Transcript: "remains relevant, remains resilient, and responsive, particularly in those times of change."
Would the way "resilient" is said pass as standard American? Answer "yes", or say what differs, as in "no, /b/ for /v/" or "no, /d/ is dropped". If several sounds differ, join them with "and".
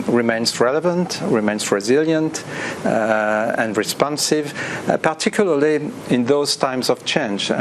yes